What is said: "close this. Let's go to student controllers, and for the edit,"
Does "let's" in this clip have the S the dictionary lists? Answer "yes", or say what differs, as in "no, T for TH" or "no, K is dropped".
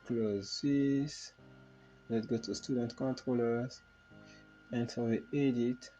no, S is dropped